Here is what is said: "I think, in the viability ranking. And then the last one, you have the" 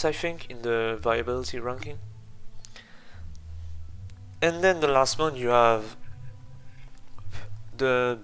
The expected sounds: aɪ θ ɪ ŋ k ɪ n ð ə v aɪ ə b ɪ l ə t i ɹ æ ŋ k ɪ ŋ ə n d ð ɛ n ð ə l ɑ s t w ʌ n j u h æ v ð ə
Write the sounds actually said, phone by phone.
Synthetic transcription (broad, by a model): aɪ f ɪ ŋ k ɪ n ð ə v aɪ ə b ɪ l ə t i ɹ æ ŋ k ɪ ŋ ə n d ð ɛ n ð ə l ɑ s t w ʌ n j u h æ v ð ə